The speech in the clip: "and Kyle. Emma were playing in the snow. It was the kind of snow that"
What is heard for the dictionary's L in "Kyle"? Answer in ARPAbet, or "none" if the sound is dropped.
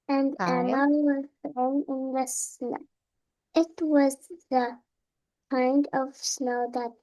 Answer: N